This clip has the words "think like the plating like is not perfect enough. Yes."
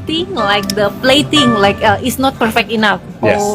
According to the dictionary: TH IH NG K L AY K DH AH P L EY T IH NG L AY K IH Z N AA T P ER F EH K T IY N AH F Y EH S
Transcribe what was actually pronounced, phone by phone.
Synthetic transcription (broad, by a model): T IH NG L AY K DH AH P L EY T IH NG L AY K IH S N AA T P ER F EH K T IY N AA F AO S